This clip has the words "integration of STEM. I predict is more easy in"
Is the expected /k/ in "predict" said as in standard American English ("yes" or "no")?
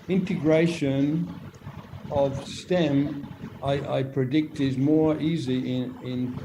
yes